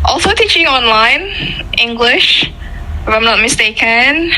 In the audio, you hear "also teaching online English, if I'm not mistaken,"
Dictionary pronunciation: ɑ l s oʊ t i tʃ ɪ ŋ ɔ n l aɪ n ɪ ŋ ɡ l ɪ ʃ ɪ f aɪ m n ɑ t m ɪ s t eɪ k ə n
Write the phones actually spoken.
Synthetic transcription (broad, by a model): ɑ l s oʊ t i tʃ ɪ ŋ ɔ n l aɪ n ɪ ŋ ɡ l ɪ ʃ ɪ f aɪ m n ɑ t m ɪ s t eɪ k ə n